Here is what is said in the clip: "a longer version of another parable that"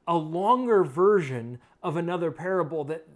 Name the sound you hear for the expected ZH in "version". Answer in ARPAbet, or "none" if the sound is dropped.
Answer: ZH